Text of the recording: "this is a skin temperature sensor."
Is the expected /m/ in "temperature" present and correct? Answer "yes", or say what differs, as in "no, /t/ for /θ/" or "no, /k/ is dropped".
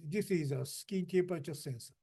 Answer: no, /m/ is dropped